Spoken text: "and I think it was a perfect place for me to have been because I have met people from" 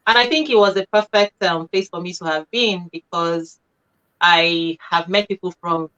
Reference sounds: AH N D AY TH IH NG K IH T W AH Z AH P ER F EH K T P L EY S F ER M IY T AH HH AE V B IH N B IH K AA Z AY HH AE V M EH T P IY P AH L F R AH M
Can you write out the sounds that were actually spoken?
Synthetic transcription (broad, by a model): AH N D AY TH IH NG K IH T W AH Z AH P ER F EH K T P L EY S F ER M IY T AH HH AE V B IH N B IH K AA Z AY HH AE V M EH T P IY P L F R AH M